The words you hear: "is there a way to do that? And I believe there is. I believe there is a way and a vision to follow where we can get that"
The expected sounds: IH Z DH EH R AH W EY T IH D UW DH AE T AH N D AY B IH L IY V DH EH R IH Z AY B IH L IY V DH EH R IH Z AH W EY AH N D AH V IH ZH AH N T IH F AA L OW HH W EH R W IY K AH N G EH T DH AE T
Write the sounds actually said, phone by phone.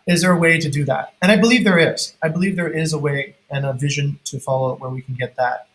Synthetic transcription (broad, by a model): IH Z DH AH R AH W EY T IH D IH DH AE T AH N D AY B IH L IY V DH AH R IH Z AY B IH L IY V DH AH R IH Z AH W EY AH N AH V IH ZH AH N T IH F AA L OW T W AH R W IY K N G EH T DH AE T